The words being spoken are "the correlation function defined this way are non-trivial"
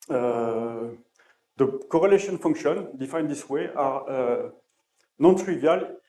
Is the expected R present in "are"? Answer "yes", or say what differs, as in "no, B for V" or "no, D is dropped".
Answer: yes